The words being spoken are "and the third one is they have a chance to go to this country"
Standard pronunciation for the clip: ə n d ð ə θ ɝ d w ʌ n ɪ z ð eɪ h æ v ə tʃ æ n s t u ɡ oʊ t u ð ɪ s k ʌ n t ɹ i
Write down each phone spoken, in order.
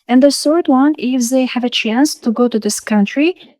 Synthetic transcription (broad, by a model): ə n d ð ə s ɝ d w ʌ n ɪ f ð eɪ h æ v ə tʃ æ n s t u ɡ oʊ t u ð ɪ s k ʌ n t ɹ i